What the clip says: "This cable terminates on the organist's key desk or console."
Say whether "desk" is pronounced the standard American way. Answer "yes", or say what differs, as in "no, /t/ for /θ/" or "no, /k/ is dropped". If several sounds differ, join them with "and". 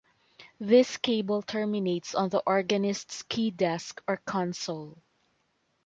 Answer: yes